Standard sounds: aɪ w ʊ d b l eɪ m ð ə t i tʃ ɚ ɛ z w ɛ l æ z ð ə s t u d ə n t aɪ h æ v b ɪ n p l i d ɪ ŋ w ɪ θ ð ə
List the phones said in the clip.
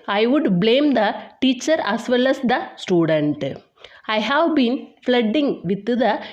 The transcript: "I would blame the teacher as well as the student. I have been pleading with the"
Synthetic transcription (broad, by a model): aɪ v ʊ d b l eɪ m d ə t i tʃ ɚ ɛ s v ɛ l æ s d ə s t u d ə n t aɪ h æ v b ɪ n f l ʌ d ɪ ŋ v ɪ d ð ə